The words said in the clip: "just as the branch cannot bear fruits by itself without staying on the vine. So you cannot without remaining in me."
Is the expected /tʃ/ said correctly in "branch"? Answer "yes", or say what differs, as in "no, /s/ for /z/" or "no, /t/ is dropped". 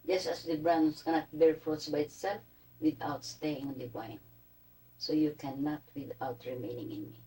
no, /s/ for /tʃ/